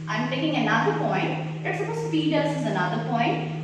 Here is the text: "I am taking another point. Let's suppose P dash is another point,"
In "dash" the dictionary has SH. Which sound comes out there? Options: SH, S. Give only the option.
S